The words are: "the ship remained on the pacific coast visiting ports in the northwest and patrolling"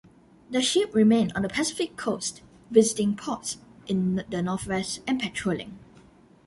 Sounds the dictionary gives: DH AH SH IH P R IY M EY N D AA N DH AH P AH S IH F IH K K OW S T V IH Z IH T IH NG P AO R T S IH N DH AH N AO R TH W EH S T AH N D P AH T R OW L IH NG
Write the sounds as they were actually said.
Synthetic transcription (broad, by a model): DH AH SH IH P R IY M EY N AA N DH AH P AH S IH F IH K K OW S T V IH Z IH T IH NG P AO T S IH N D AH N AO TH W EH S T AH N P AH T R OW L IH NG